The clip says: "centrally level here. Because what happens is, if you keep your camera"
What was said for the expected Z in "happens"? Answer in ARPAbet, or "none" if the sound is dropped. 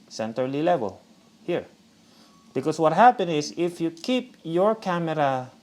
none